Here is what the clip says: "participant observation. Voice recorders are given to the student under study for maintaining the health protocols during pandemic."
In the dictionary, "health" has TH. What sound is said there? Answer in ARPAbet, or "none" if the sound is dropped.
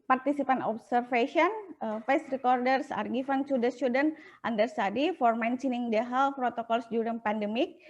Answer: F